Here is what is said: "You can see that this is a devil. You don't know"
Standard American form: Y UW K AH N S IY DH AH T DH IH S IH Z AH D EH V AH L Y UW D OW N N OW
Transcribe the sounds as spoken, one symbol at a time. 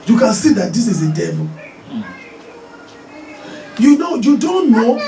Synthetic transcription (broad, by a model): Y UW K AH N S IY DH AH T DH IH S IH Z AH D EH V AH N Y UW D OW N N OW